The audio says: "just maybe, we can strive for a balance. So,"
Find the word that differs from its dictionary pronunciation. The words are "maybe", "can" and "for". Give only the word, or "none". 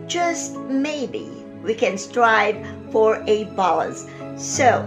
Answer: none